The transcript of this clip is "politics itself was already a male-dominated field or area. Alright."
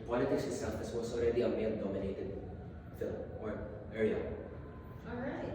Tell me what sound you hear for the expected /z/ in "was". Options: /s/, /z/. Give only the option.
/s/